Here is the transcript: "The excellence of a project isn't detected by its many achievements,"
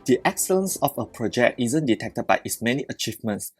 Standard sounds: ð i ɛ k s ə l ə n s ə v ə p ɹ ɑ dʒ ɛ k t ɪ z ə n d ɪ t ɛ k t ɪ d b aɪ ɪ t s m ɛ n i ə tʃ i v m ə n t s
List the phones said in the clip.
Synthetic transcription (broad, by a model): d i ɛ k s ə l ə n s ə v ə p ɹ ɑ dʒ ɛ k t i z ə n d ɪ t ɛ k t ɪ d b aɪ ɪ t s m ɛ n i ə tʃ i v m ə n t s